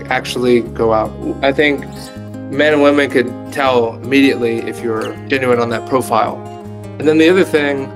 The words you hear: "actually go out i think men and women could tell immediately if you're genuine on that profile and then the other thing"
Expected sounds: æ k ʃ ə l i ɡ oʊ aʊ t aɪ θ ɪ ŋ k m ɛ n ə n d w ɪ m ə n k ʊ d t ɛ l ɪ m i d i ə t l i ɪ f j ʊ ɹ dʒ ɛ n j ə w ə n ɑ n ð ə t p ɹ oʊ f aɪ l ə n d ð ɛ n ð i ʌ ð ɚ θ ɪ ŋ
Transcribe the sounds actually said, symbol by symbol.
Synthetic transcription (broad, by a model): æ k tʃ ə l i ɡ oʊ aʊ t aɪ θ ɪ ŋ k m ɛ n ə n w ɪ m ə n k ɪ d t ɛ l ɪ m i d i ə t l i ɪ f j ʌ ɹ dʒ ɛ n j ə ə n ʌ n ð ə t p ɹ oʊ f aɪ l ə n ð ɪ n ð i ʌ ð ɚ θ ɪ ŋ